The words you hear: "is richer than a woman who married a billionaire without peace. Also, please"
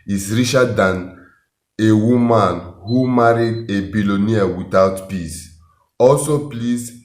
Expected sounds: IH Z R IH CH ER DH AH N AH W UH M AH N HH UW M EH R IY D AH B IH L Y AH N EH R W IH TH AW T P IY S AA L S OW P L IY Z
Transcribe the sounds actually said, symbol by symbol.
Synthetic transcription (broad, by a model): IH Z R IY SH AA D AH N AH W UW M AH N HH UW M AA R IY D AH B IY L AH N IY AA W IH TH AW T P IY S AA L S OW P L IY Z